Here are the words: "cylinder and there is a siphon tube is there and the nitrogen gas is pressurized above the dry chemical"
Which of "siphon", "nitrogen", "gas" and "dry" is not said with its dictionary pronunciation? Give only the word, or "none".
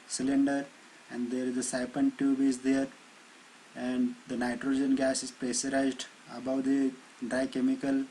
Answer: siphon